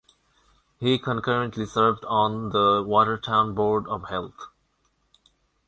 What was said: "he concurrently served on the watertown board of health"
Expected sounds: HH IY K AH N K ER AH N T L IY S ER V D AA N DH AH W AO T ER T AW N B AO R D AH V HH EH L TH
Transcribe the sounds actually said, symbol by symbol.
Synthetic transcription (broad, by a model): HH IY K AH N K ER AH N T L IY S ER V D AA N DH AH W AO T ER T AW N B AO R D AH V HH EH L T